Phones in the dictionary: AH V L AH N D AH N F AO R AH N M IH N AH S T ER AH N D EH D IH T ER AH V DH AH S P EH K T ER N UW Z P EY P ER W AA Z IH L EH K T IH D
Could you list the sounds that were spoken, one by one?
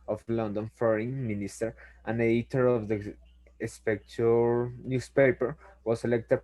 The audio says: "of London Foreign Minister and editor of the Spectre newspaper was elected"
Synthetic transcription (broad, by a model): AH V L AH N D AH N F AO R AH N M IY N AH S T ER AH N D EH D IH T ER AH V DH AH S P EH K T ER N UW S P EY P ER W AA S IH L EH K T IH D